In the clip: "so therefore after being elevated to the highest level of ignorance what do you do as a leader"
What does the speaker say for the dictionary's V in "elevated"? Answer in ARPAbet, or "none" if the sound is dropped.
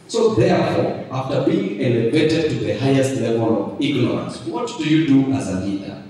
B